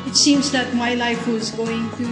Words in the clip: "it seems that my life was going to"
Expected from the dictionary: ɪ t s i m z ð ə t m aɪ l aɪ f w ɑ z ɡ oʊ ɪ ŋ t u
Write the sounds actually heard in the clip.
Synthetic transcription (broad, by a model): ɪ t s i m z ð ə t m aɪ l aɪ f w ɑ z ɡ oʊ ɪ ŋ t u